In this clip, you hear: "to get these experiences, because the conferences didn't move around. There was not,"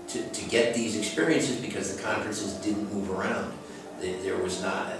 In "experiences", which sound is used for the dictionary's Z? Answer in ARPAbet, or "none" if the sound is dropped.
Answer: Z